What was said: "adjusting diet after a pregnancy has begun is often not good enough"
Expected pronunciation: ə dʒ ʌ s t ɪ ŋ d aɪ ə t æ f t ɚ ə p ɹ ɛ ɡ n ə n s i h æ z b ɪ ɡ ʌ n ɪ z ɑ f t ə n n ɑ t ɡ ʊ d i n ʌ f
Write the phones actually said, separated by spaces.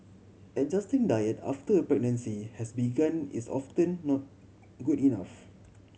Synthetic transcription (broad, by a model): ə dʒ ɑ s t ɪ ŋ d aɪ ə t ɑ f t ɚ ə p ɹ ɛ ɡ n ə n s i h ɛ s b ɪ ɡ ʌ n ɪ s ɑ f t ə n n ɑ t ɡ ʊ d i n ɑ f